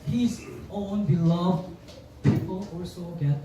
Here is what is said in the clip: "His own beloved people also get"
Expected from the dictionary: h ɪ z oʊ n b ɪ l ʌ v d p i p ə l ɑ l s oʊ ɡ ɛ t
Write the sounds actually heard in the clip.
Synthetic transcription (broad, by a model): h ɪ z oʊ n b ɪ l ʌ v d p i p ə l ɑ s oʊ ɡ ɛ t